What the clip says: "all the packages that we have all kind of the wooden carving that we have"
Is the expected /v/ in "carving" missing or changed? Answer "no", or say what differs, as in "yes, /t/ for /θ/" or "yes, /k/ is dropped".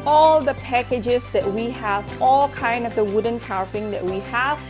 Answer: yes, /p/ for /v/